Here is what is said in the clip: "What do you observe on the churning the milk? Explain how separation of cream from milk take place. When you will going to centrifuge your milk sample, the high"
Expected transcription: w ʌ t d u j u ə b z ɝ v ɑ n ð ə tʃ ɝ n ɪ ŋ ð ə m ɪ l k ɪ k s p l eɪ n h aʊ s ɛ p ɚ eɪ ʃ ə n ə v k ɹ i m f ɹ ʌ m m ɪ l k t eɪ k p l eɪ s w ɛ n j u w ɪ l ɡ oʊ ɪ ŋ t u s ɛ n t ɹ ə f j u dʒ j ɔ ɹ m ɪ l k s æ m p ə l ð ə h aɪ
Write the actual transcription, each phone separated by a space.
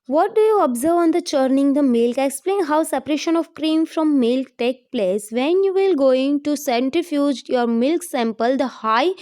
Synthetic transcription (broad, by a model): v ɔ t d u j u ə b z ɝ v ɑ n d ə tʃ ɝ n ɪ ŋ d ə m ɪ l k ɪ k s p l eɪ n h aʊ s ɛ p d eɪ ʃ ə n ə v k ɹ i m f ɹ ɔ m m ɪ l k t eɪ k p l eɪ s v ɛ n j u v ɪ l ɡ oʊ ɪ ŋ t u s ɛ n t ɹ ə f j u dʒ j ɔ ɹ m ɪ l k s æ m p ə l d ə h aɪ